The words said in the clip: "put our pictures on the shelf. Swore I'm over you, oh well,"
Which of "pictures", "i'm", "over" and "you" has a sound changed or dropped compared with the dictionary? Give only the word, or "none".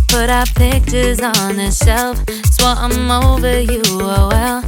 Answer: none